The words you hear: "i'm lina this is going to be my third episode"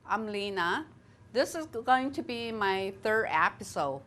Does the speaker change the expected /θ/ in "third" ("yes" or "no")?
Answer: no